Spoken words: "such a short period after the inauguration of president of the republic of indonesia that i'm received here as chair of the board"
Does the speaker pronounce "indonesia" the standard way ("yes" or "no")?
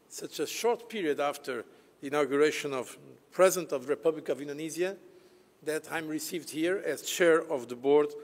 no